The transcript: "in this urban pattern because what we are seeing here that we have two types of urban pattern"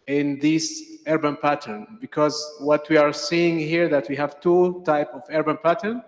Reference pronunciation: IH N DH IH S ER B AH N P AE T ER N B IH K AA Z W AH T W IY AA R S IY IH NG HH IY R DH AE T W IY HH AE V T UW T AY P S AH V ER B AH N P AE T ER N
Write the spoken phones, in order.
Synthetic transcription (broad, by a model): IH N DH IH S ER B AH N P AE T ER N B IH K AA Z W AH T W IY AA R S IY IH NG HH IY R DH AE T W IY HH AE V T UW T AY P AH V ER B AH N P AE T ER N